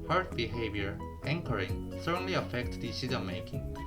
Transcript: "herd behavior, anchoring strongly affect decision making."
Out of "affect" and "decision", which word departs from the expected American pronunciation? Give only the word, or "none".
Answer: decision